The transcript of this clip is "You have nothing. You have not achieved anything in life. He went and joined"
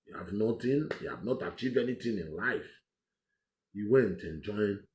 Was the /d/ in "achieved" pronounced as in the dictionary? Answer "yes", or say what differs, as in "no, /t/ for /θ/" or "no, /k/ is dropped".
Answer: no, /d/ is dropped